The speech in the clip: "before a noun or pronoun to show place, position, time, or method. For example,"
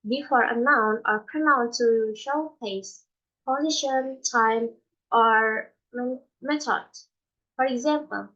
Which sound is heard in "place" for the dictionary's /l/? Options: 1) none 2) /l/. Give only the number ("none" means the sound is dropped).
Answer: 1